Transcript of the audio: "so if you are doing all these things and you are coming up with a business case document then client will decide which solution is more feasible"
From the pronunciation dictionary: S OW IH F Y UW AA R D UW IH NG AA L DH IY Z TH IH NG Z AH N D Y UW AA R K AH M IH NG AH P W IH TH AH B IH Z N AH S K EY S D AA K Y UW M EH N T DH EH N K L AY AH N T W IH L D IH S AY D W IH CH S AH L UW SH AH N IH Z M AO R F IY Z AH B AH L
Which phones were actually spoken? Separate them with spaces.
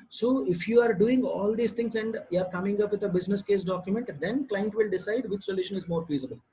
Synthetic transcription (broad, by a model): S OW IH F Y UW AA R D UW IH NG AA L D IY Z T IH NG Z AH N D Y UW AA R K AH M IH NG AH P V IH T AH B IH Z N AH S K EY S D AA K Y UW M EH N T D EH N K L AY AH N T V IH L D IH S AY D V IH CH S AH L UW SH AH N IH Z M AO R F IY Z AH B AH L